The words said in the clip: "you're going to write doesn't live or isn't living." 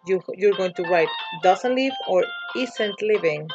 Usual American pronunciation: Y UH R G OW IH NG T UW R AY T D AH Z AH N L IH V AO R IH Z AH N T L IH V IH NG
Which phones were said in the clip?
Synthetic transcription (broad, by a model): Y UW R G OW IH NG T UW R AY T D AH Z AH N L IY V AO R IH S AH N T L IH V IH NG